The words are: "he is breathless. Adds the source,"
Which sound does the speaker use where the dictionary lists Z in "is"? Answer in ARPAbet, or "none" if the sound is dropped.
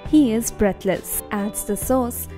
Z